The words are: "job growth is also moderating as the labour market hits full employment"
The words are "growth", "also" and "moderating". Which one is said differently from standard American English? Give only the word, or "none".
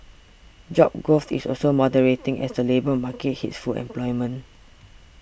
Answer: growth